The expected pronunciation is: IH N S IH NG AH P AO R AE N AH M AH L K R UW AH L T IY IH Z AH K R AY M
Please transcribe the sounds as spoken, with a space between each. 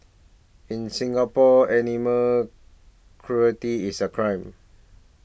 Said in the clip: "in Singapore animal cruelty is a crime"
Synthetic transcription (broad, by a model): IH N S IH NG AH P AO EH N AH M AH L K R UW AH T IY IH S AH K R AY M